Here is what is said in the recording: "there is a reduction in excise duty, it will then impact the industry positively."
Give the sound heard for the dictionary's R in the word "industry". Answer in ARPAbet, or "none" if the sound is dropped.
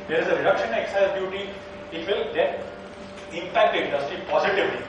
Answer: R